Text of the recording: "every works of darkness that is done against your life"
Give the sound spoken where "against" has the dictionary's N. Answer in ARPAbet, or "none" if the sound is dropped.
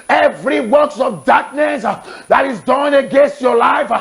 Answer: N